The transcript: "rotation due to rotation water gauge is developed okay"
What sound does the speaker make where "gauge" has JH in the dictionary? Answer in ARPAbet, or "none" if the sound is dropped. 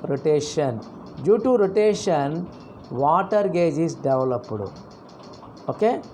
JH